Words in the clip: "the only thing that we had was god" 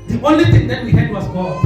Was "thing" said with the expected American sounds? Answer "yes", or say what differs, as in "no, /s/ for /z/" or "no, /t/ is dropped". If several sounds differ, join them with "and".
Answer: no, /t/ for /θ/